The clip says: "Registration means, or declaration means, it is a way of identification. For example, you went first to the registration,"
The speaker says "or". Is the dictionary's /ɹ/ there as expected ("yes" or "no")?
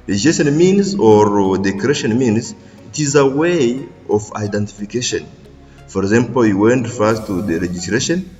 yes